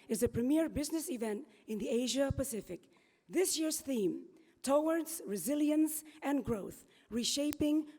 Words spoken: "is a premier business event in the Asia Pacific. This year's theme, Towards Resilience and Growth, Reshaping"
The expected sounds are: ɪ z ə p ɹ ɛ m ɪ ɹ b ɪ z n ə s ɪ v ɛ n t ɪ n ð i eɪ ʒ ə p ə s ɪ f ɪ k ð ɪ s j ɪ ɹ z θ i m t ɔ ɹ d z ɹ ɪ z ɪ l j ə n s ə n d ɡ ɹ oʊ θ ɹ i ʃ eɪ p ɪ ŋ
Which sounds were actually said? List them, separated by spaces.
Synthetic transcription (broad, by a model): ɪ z ə p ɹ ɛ m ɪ ɹ b ɪ z n ə s ɪ v ɛ n t ɪ n ð i eɪ ʒ ə p ə s ɪ f ɪ k ð ɪ s j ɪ ɹ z θ i m t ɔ ɹ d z ɹ ɪ z ɪ l j ə n s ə n ɡ ɹ oʊ θ ɹ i ʃ eɪ p ɪ ŋ